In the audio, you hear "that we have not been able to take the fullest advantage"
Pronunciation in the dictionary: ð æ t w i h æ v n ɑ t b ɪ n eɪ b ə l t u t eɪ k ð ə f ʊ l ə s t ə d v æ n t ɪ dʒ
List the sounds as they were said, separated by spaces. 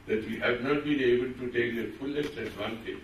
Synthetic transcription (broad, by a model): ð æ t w i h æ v n ɑ t b ɪ n eɪ b ə l t u t eɪ k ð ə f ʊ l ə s ə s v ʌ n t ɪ